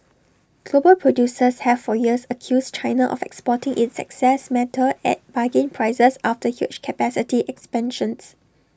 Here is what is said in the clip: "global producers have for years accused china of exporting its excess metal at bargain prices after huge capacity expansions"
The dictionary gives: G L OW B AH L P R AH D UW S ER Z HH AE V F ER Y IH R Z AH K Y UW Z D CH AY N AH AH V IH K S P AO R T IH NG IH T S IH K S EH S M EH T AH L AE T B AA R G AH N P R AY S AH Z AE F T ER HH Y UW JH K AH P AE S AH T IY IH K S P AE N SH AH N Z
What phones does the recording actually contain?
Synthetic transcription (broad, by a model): G L OW B AH L P R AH D UW S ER S HH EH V F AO Y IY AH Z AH K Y UW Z CH AY N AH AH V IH K S P AO T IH NG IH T S IH K S EH S M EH T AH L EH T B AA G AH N P R AY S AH S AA F T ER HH Y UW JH K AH P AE S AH T IY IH K S P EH N SH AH N S